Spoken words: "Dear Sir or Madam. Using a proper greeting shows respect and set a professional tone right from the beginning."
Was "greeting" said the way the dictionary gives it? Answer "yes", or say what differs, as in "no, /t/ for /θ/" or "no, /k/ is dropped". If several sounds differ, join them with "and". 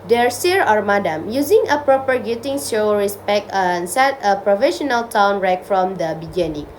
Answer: no, /ɹ/ is dropped